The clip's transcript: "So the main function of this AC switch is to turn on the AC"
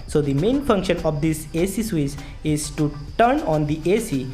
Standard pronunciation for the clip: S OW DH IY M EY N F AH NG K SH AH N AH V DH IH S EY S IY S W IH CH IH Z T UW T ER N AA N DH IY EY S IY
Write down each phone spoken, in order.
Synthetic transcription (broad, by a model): S OW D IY M EY N F AH NG K SH AH N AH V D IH S EY S IY S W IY S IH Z T UW T ER N AA N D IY EY S IY